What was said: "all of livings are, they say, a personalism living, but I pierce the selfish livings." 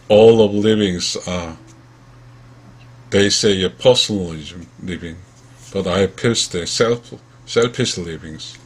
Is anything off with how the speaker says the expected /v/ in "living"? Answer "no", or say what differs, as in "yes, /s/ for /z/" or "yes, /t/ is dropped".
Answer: no